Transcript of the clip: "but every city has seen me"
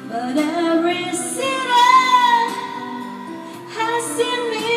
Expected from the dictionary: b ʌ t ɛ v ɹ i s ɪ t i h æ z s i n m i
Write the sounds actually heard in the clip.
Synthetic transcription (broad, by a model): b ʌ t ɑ ɹ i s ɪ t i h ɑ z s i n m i